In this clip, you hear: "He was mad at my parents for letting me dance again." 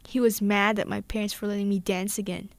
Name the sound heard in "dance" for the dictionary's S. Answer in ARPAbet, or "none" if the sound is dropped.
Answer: S